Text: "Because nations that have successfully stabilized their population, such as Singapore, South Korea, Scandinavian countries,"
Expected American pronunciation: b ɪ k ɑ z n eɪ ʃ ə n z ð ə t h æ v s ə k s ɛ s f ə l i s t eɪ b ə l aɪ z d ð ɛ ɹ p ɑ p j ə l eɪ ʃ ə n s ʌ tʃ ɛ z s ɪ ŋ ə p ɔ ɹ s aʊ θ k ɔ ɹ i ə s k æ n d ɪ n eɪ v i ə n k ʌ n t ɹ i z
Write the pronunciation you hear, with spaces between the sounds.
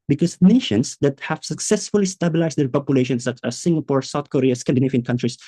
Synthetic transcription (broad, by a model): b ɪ k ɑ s n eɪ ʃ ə n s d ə t h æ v s ə k s ɛ s f ə l i s t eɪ b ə l aɪ s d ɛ ɹ p ɑ p j ə l eɪ ʃ ə n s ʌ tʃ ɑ s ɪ ŋ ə p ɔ ɹ s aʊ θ k ɔ ɹ i ə s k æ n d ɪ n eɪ f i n k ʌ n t ɹ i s